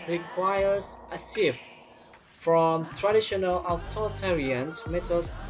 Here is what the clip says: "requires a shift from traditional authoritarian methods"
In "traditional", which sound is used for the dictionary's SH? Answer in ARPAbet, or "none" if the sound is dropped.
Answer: SH